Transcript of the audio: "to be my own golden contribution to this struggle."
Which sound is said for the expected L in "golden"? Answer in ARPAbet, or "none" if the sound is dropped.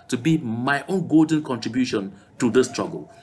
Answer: L